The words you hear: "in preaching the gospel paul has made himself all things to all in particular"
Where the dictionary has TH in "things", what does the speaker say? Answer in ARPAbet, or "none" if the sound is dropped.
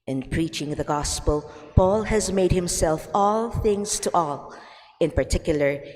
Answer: TH